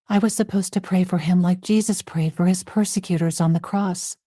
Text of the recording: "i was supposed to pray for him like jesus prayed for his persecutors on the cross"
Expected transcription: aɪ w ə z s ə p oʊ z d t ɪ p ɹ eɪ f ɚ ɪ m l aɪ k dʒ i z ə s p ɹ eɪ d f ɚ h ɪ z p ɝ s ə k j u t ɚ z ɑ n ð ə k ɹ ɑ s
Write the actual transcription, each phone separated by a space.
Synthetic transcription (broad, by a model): aɪ w ə z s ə p oʊ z t ɪ p ɹ eɪ f ɚ ɪ m l aɪ k dʒ i z ə s p ɹ eɪ d f ɚ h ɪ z p ɝ s ə k j u t ɚ z n ð ə k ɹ ɑ s